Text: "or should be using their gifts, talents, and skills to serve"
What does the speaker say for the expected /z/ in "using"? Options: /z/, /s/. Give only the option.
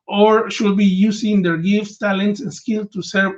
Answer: /s/